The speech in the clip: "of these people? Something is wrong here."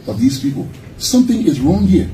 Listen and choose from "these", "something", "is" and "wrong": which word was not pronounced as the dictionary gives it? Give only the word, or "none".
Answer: none